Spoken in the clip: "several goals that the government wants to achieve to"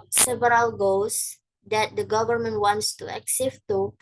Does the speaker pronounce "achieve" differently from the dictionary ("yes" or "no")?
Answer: yes